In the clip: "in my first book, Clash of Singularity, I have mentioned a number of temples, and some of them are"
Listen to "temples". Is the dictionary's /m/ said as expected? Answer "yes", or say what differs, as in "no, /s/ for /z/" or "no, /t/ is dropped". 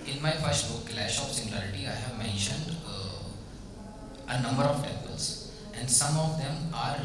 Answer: no, /m/ is dropped